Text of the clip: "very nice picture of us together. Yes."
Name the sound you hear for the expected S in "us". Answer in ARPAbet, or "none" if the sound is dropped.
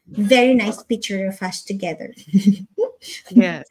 SH